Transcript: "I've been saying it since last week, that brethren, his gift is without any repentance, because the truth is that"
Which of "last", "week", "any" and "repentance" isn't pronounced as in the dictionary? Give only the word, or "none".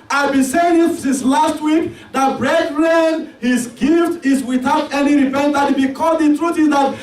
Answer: repentance